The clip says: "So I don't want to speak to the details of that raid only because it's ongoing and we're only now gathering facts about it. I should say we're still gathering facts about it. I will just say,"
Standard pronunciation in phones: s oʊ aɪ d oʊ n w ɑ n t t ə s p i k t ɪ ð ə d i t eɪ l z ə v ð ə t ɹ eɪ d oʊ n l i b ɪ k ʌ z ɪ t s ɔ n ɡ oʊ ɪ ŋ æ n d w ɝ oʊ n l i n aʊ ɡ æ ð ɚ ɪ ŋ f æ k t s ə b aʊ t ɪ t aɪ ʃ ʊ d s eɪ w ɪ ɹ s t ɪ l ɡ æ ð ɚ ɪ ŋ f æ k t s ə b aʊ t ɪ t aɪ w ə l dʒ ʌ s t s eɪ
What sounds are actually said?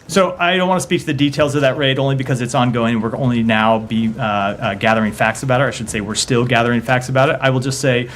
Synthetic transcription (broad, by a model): s oʊ aɪ d oʊ n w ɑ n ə s p i k t ɪ ð ə d i t eɪ l z ə v ð ə t ɹ eɪ d oʊ n l i b ɪ k ʌ z ɪ t s ɔ n ɡ oʊ ɪ ŋ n w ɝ oʊ n l i n aʊ ɡ æ ð ɚ ɪ ŋ f æ k t s ə b aʊ t ɪ t aɪ ʃ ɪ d s eɪ w ɪ ɹ s t ɪ l ɡ æ ð ɚ ɪ ŋ f æ k t s ə b aʊ t ɪ t aɪ w ə l dʒ ʌ s t s eɪ